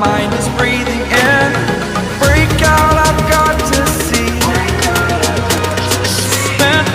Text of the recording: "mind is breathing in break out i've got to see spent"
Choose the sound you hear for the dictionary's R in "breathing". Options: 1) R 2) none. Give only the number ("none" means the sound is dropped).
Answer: 1